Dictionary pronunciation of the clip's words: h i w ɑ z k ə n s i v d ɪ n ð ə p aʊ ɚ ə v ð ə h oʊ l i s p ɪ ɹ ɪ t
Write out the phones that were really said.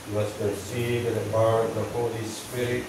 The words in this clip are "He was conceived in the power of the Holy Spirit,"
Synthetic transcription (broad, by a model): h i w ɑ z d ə s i d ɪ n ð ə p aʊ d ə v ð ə h oʊ l i s p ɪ ɹ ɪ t